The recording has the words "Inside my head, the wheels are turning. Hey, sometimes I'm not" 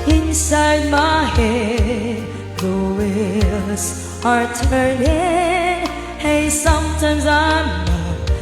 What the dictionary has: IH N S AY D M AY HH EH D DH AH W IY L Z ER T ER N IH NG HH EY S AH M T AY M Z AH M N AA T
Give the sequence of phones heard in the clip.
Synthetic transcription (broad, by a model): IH N S AY D M AY HH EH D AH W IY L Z ER T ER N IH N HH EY S AH M T AY M Z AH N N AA